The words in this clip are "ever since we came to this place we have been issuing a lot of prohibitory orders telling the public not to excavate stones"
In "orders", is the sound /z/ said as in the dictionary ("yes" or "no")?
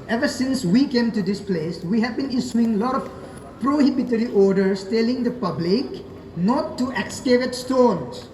no